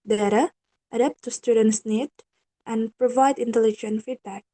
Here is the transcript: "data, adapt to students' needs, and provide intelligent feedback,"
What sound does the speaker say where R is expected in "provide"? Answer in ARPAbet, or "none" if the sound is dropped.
R